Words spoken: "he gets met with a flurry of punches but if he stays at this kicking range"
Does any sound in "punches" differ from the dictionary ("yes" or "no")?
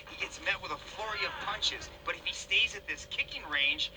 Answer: no